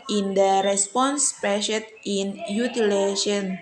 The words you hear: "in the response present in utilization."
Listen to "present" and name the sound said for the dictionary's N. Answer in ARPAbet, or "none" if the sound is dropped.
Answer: none